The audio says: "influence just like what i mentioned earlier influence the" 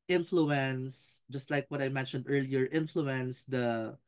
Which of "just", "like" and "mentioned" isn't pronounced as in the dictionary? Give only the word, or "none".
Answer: none